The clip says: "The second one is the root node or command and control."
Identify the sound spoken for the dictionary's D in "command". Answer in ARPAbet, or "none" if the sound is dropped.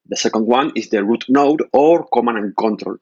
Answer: none